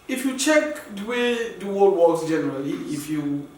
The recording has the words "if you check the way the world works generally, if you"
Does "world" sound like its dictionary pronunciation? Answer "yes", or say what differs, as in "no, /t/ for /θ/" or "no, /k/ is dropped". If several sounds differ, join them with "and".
no, /l/ is dropped